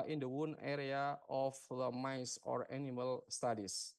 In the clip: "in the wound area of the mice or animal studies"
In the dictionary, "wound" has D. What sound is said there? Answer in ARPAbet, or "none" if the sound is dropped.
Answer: none